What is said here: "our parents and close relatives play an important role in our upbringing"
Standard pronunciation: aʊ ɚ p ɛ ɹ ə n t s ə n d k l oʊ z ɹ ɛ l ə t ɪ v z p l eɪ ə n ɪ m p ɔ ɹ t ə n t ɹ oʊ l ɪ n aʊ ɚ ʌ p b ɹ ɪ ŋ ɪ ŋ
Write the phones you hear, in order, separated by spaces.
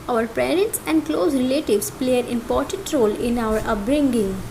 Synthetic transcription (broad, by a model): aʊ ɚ p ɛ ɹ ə n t s ə n d k l oʊ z ɹ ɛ l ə t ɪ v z p l eɪ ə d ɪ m p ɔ ɹ t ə n t ɹ oʊ l ɪ n aʊ ɚ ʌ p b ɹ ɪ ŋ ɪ ŋ